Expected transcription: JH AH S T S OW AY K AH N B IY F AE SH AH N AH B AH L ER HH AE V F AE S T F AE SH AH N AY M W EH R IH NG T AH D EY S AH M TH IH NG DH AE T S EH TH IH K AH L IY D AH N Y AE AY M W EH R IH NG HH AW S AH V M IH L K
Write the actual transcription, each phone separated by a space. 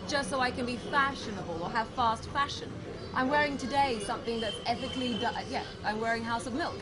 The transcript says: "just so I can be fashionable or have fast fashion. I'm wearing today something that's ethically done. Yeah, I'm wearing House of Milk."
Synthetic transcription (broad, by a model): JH AH S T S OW AY K AH N B IY F AE SH AH N AH B AH L ER HH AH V F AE S T F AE SH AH N AY M W EH R IH NG T AH D EY S AH M TH IH NG DH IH T S EH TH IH K L IY D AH Y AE AY M W EH R IH NG HH AW S AH V M IH L K